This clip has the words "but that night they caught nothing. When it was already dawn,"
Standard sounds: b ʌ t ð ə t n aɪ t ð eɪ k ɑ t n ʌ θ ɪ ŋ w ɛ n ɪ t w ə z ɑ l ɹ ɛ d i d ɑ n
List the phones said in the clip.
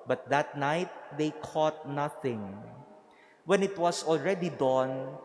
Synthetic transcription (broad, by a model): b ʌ t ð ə t n aɪ t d eɪ k ɑ t n ʌ θ ɪ ŋ w ɛ n ɪ t w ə s ɑ l ɹ ɛ d i d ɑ n